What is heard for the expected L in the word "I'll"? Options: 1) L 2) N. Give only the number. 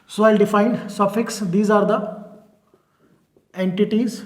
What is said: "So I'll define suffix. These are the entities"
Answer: 1